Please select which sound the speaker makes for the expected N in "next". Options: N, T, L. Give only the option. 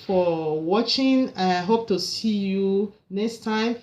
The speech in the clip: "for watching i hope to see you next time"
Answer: N